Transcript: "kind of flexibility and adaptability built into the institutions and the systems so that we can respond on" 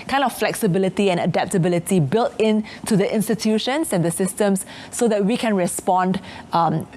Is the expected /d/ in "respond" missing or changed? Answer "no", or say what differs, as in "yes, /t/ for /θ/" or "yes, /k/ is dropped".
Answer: no